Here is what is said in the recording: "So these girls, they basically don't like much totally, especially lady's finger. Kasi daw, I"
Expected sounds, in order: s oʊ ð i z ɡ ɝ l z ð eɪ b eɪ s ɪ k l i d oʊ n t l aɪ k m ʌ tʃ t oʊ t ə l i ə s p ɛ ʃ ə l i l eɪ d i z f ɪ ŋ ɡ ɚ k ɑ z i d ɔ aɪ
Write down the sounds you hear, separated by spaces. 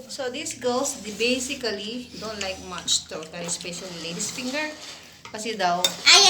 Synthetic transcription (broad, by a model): s oʊ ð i s ɡ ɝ l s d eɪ b eɪ s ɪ k l i d oʊ n t l aɪ k m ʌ tʃ t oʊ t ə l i s p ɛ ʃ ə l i l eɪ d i s f ɪ ŋ ɡ ɚ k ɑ s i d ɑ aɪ